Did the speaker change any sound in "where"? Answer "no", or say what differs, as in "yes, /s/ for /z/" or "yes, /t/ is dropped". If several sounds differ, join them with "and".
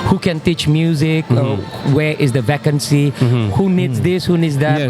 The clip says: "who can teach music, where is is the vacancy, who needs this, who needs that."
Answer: yes, /w/ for /ɹ/